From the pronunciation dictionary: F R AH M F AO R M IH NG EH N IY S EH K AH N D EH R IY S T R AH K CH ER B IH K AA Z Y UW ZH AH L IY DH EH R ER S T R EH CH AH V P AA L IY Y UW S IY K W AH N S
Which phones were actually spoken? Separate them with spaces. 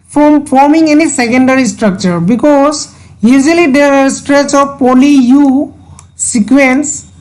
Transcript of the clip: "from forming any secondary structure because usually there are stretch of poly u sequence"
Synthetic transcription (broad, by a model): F R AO M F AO R M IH NG EH N IY S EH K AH N D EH R IY S T R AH K CH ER B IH K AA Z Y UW Z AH L IY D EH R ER S T R EH CH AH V P AA L IY Y UW S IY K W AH N S